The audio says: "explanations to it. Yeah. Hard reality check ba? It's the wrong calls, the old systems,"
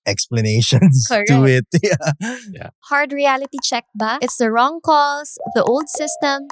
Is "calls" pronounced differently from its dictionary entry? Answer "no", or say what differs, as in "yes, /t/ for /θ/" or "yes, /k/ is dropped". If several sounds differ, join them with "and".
yes, /s/ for /z/